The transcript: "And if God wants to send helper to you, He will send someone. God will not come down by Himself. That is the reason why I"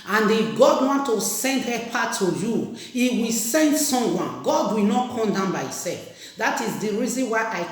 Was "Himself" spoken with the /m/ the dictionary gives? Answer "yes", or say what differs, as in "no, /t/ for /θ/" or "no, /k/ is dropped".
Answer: no, /m/ is dropped